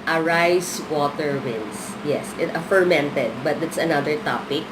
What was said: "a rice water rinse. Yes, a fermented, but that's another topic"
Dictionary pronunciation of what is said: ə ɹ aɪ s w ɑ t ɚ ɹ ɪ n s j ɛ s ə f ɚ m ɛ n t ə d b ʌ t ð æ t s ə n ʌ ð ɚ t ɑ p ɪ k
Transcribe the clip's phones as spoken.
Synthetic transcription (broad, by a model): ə ɹ aɪ s w ɑ t ɚ w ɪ n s j ɛ s ə f ɚ m ɛ n t ə d b ʌ t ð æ t s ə n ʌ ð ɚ t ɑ p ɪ k